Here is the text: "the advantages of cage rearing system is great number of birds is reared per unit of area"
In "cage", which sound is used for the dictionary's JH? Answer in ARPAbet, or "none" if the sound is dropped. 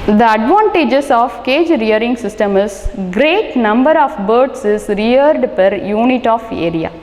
JH